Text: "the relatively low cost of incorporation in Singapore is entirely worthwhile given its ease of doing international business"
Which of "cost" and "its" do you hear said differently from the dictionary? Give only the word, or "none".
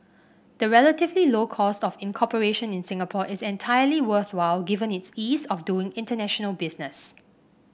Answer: none